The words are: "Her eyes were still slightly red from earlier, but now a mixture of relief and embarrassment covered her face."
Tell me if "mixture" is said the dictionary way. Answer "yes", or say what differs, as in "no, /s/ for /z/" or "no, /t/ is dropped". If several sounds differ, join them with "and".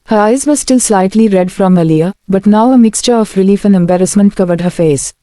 yes